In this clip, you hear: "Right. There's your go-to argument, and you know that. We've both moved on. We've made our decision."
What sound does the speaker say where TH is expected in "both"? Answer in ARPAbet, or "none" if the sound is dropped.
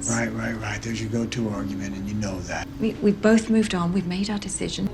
TH